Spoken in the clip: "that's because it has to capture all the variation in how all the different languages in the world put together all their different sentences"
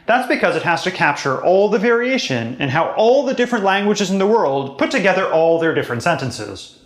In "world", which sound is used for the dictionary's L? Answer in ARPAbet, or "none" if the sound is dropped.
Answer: L